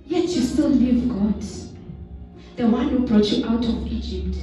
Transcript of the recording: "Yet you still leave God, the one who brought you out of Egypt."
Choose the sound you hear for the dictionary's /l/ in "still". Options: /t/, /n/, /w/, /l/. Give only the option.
/n/